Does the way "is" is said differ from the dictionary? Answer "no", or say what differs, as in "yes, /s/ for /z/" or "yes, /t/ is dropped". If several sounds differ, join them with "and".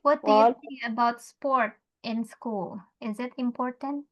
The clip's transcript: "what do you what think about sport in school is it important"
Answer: no